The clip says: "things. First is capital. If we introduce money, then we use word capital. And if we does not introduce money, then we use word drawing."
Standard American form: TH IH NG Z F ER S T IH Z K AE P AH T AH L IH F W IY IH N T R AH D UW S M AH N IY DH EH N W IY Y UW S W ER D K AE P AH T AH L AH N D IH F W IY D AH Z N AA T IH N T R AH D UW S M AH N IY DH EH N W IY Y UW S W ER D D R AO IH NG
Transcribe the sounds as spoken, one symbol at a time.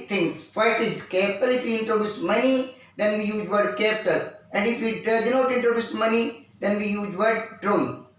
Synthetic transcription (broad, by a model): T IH NG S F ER T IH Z K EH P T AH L IH F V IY IH N T R AH D UW S M AH N IY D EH N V IY Y UW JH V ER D K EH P T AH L AH N D IH F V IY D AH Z N AA T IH N T R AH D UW S M AH N IY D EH N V IY Y UW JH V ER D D R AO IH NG